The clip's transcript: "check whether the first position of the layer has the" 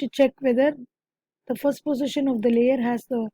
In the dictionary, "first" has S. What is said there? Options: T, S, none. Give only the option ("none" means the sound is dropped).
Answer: S